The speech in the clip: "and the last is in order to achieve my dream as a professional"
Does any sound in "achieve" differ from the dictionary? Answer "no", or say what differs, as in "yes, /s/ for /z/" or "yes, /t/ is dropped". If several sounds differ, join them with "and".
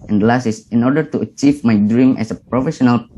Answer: no